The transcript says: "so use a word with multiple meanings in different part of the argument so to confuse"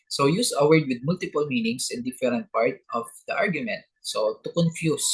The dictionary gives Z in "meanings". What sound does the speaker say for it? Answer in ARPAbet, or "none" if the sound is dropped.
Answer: S